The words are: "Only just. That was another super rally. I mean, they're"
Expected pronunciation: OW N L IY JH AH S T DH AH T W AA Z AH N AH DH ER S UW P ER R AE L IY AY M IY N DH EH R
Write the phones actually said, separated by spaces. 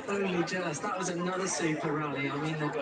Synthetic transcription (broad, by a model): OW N L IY JH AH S DH AH T W AA Z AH N AH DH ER S UW P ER R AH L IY AY M IY N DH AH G